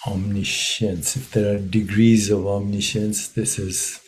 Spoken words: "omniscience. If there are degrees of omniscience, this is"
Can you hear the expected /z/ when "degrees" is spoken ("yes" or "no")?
yes